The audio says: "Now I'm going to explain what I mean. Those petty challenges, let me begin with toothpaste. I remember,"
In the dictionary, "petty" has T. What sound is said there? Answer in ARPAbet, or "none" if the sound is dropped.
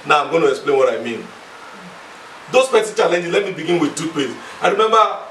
S